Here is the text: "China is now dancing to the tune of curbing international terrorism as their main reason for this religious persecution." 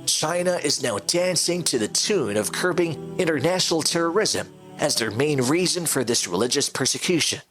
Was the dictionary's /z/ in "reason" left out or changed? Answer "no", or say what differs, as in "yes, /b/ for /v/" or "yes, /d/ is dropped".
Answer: no